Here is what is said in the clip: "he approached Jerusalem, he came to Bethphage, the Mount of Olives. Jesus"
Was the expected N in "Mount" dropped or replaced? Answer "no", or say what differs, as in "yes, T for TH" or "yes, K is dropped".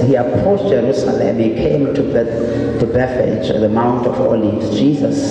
no